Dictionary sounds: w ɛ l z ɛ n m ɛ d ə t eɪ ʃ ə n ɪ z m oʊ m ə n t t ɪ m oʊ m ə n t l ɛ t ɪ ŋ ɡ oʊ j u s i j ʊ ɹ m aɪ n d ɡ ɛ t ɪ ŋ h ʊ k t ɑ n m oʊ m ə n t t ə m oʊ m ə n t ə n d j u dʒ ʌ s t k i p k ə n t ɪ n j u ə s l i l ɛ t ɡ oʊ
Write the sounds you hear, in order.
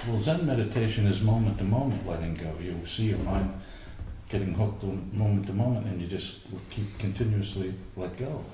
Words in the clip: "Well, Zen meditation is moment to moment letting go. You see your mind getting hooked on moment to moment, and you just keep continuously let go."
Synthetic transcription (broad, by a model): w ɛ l z ɛ n m ɛ d ə t eɪ ʃ ə n ɪ z m oʊ m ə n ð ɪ m oʊ m ə n t l ɛ t ɪ ŋ ɡ oʊ j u s i j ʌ ɹ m aɪ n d ɡ ɛ t ɪ ŋ h ʊ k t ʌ m oʊ m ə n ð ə m oʊ m ə n t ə n j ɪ dʒ ʌ s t k i p k ə n t ɪ n j u ə s l i l ɛ t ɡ oʊ